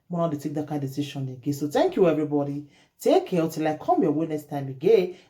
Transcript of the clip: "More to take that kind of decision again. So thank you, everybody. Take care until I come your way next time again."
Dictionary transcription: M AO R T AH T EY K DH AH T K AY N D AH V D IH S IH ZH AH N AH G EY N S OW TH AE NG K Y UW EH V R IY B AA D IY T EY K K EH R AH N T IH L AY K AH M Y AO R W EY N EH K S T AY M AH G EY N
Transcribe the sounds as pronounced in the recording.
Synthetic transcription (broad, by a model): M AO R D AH T EY K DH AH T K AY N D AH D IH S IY SH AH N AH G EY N S OW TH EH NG K Y UW EH V R IY B AA D IY T EY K K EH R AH T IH L AY K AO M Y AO W EY N EH K S T AY M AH G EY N